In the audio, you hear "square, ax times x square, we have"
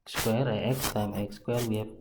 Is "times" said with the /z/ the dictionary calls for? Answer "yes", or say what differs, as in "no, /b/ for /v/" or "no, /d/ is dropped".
no, /z/ is dropped